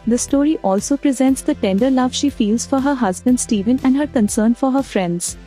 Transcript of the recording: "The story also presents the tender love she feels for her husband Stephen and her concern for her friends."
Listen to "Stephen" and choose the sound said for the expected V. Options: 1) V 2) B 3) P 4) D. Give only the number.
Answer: 1